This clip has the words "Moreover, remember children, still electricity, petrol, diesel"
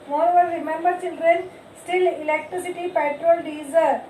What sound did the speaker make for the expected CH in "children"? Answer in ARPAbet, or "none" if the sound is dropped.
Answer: S